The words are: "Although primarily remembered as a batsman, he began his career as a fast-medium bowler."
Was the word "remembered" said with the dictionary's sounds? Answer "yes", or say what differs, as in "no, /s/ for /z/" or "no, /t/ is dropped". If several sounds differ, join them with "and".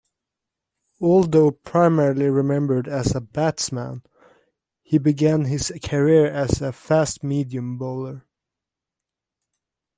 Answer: yes